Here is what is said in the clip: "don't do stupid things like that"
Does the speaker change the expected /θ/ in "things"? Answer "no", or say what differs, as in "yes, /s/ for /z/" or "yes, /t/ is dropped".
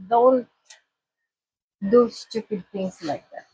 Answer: yes, /t/ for /θ/